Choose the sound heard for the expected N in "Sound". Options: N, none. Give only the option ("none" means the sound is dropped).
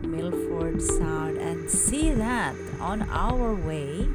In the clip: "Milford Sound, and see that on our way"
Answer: none